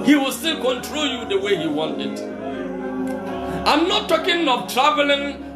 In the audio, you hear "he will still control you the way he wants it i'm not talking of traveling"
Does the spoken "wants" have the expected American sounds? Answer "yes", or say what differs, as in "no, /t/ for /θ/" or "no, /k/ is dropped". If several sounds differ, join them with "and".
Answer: no, /s/ is dropped